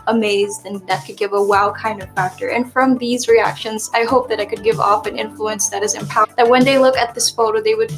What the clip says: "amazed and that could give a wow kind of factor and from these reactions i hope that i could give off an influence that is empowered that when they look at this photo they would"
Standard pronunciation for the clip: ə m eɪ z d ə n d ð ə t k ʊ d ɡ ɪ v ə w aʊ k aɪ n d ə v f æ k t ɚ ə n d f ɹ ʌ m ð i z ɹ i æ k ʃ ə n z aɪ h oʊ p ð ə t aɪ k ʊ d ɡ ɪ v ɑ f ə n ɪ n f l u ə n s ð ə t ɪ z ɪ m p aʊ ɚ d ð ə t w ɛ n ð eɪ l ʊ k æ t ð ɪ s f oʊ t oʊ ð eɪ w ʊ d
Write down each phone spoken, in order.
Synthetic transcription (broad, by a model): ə m eɪ z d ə n ð ə t k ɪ d ɡ ɪ v ə w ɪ k aɪ n d ə v f æ k t ɚ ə n f ɹ ʌ m ð i z ɹ i æ k ʃ ə n z aɪ h oʊ p ð ə t aɪ k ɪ d ɡ ɪ v ɑ f ə n ɪ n f l u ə n s ð ə t ɪ z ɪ m p aʊ ð ə t w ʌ n ð eɪ l ʊ k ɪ t ð ɪ s f oʊ t oʊ ð eɪ w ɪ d